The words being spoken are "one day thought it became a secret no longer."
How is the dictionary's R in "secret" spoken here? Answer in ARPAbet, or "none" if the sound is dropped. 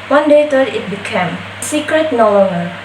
R